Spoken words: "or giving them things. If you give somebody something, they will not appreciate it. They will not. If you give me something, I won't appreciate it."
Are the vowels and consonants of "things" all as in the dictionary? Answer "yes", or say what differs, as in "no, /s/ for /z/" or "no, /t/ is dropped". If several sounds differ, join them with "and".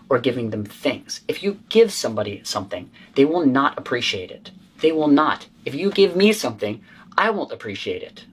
yes